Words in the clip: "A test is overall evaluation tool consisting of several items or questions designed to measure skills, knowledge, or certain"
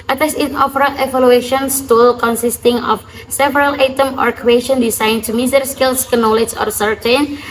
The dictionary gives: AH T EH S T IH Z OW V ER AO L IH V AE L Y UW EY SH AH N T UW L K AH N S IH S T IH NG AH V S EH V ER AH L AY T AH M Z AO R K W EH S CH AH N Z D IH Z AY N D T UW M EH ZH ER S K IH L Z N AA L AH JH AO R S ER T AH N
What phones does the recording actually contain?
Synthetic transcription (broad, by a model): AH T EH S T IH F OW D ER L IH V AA L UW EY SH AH N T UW L K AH N S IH S T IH NG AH F S EH V ER AH L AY T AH M AO R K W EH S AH N D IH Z AY N T UW M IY S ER S K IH L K N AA L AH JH AO R S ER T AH N